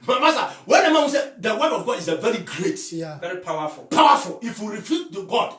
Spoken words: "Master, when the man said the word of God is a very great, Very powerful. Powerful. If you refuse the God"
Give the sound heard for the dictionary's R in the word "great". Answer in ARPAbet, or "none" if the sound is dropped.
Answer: R